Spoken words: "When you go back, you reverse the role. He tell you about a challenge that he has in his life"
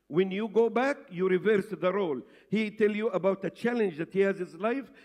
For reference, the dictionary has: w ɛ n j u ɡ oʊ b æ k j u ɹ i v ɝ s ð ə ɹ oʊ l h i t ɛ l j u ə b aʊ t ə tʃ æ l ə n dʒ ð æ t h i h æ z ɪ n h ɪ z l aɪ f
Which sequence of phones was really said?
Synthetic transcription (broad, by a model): w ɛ n j u ɡ oʊ b æ k j u ɹ i v ɝ s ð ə ɹ oʊ l h i t ɛ l j u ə b aʊ t ə tʃ æ l ə n dʒ ð æ t h i h æ z h ɪ z l aɪ f